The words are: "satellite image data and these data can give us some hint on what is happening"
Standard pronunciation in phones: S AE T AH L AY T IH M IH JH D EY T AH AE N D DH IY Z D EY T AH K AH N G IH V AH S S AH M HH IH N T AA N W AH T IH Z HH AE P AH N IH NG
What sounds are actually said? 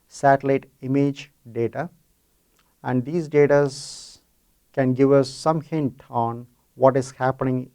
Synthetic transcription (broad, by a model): S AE T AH L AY T IH M IH JH D EY T AH AE N D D IY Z D EY T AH K AH N G IH V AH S S AH M HH IH N T AA N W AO T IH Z HH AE P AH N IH NG